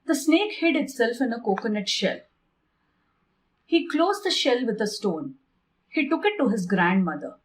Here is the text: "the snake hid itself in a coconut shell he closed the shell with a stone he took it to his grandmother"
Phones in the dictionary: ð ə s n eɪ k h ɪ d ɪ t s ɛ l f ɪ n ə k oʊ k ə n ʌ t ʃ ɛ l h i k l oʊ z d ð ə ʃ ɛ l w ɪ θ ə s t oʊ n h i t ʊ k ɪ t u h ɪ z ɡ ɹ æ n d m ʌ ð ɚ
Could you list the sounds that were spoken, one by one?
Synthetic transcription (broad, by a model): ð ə s n eɪ k h ɪ d ɪ t s ɛ l f ɪ n ə k oʊ k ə n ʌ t ʃ ɛ l h i k l oʊ z d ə ʃ ɛ l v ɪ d ə s t oʊ n h i t ʊ k ɪ t u h ɪ z ɡ ɹ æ n d m ʌ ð ɚ